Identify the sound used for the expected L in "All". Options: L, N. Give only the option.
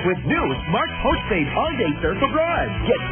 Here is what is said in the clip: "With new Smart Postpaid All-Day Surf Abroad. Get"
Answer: N